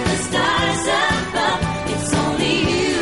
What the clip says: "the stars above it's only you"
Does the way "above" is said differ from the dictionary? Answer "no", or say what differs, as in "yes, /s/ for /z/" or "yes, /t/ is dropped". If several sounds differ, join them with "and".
yes, /v/ is dropped